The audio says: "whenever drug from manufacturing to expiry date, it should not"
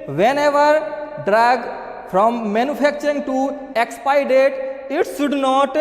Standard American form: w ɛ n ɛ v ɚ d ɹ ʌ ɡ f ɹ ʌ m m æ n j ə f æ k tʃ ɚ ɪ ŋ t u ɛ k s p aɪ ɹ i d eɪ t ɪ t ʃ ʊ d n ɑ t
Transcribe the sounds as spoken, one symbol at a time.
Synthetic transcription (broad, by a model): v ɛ n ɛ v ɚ d ɹ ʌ ɡ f ɹ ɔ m m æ n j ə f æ k tʃ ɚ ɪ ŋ t u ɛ k s p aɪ i d eɪ t ɪ t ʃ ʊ d n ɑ t